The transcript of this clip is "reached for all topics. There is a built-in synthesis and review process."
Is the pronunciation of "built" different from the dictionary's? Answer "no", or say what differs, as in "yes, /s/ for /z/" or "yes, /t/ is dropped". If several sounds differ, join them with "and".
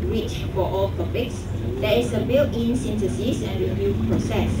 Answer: yes, /t/ is dropped